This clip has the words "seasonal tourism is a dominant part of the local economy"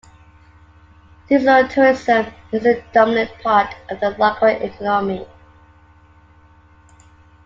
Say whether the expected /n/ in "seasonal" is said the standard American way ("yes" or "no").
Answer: no